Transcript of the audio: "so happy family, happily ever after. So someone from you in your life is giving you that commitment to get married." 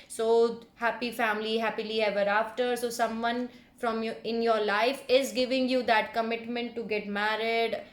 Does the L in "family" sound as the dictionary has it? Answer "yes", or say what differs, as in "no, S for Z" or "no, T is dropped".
yes